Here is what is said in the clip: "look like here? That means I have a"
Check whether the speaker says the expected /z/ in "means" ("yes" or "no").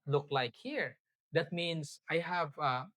no